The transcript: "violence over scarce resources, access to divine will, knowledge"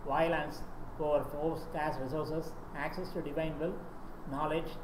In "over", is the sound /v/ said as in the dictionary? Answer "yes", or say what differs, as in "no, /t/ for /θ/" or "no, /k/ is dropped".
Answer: no, /f/ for /v/